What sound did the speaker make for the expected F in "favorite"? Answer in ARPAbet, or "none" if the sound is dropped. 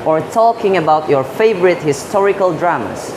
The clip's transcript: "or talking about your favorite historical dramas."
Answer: F